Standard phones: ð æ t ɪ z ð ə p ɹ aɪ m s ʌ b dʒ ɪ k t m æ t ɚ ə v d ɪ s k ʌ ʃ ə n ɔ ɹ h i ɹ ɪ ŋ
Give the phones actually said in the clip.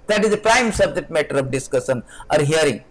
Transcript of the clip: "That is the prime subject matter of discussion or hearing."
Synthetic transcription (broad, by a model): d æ t ɪ z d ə p ɹ aɪ m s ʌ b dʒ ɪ t m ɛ t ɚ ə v d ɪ s k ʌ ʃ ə n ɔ ɹ h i ɹ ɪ ŋ